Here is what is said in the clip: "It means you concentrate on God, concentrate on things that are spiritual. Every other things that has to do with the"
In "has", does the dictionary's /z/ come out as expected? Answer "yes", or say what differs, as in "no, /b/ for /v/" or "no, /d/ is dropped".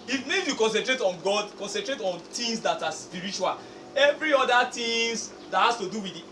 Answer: no, /s/ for /z/